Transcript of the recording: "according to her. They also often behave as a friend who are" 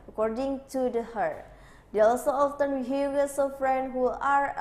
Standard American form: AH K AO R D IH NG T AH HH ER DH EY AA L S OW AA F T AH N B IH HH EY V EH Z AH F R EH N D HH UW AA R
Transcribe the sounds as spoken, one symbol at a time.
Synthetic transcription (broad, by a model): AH K AO R D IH NG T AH HH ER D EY AA L S OW AA F T AH N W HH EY W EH S AH F R EH N D HH UW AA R